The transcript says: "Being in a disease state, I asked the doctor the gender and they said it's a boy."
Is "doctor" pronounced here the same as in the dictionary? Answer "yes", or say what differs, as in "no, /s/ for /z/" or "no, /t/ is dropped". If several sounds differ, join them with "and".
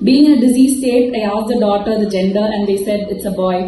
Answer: no, /k/ is dropped